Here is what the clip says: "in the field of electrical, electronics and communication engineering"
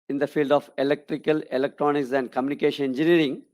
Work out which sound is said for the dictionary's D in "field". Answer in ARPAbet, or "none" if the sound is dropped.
D